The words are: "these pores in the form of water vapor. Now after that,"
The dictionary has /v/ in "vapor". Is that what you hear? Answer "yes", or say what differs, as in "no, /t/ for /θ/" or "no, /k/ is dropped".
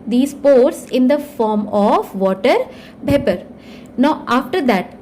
no, /b/ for /v/